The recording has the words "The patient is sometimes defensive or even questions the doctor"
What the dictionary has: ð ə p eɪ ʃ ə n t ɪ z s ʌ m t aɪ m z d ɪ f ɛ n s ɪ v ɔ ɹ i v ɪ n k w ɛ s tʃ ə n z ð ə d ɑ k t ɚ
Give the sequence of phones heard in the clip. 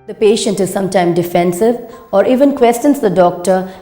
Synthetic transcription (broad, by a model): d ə p eɪ ʃ ə n t ɪ z s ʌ m t aɪ m d ɪ f ɛ n s ɪ v ɔ ɹ i v ɪ n k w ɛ s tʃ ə n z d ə d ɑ k t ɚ